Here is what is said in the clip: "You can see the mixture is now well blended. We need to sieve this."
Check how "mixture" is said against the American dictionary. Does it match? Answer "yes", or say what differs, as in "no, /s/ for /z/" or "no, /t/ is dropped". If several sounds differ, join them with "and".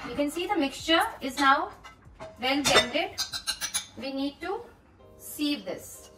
yes